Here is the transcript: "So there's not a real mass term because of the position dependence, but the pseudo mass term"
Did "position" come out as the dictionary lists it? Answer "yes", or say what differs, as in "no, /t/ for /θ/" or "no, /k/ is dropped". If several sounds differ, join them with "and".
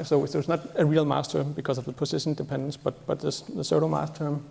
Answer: no, /s/ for /z/